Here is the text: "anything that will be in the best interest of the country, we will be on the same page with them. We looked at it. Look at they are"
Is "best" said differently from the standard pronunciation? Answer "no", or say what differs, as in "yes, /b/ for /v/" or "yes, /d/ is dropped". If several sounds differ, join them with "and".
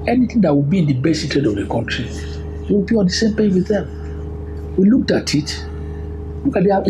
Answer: yes, /t/ is dropped